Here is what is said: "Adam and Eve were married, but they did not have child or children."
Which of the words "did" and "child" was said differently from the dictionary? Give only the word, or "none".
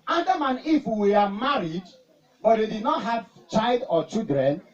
none